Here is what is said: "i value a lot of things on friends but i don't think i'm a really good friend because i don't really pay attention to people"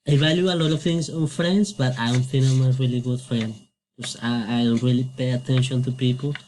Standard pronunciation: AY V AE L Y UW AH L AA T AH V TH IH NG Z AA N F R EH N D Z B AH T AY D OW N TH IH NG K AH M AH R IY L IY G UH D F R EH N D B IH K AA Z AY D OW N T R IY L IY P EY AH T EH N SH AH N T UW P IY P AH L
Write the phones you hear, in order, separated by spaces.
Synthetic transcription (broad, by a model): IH V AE L Y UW AH L AA T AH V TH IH NG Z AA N F R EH N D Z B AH T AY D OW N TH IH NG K AH M AH R IY L IY G UH D F R EH N D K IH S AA AY D OW N T R IY L IY P EY AH T EH N SH AH N T UW P IY P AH L